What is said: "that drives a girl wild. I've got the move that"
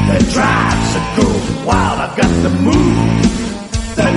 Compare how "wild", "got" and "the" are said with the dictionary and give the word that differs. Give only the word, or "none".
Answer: wild